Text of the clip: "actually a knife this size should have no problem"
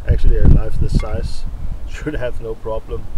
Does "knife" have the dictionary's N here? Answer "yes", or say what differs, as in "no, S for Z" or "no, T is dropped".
no, L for N